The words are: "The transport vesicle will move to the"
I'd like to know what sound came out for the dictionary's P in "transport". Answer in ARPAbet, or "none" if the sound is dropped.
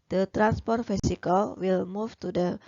P